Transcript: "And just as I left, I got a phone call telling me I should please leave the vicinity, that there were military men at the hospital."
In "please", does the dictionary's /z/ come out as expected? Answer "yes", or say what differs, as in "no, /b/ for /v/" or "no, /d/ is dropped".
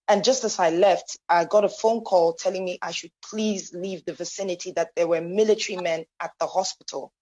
yes